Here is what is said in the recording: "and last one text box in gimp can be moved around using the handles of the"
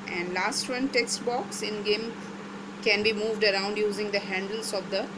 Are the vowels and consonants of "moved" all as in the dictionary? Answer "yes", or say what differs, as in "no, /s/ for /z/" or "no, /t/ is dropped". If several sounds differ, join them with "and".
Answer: yes